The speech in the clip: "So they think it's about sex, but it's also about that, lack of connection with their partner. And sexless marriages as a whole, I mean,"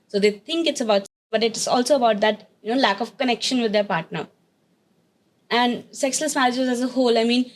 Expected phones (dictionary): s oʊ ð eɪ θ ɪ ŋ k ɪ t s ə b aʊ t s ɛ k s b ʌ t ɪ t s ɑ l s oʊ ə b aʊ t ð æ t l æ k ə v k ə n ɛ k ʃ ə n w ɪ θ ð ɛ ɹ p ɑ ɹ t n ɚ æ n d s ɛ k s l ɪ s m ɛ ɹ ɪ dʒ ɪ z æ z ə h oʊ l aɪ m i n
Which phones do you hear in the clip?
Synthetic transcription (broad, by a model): s oʊ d eɪ t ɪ ŋ k ɪ t s ə b aʊ t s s b ʌ t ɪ t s ɑ l s oʊ ə b aʊ t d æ t l æ k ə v k ə n ɛ k ʃ ə n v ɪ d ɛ ɹ p ɑ ɹ t n ɚ æ n d s ɛ k s l ɪ s m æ l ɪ dʒ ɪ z æ z ə h oʊ l aɪ m i n